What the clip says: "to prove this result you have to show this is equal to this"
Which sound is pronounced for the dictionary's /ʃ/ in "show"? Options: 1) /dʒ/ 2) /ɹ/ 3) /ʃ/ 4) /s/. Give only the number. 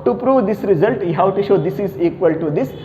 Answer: 3